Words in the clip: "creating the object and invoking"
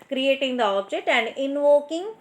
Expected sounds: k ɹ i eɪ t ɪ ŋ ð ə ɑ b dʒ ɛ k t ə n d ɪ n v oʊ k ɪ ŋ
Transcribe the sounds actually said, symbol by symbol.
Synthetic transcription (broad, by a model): k ɹ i eɪ t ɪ ŋ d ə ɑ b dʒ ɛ t ə n d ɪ n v oʊ k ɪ ŋ